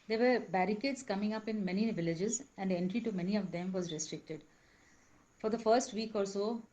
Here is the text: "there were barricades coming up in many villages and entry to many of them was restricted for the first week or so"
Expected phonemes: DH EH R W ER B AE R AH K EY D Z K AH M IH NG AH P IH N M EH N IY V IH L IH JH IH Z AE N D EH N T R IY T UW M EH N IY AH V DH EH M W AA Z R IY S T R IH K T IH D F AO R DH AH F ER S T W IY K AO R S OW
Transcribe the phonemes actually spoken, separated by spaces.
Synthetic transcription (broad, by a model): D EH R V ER B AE R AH K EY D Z K AH M IH NG AH P IH N M EH N IY V IH L IH JH IH Z AE N D EH N T R IY T UW M EH N IY AH V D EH M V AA Z R IY S T R IH K T IH D F AO R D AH F ER S T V IY K AO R S OW